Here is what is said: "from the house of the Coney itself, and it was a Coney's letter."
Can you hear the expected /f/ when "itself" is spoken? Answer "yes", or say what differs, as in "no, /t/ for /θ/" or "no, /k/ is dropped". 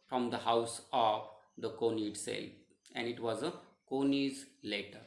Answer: no, /f/ is dropped